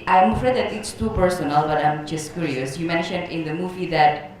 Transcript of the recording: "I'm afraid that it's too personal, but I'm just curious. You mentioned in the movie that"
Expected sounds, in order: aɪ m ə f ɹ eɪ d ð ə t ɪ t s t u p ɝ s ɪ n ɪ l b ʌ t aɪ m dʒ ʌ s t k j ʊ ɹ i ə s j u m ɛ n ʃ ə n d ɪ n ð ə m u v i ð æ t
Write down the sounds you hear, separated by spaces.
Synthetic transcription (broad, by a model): aɪ m ə f ɹ eɪ d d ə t ɪ t s t u p ɝ s ɪ n ɪ l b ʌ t aɪ m dʒ ʌ s t k j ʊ ɹ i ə s j u m ɛ n ʃ ə n d ɪ n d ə m u v i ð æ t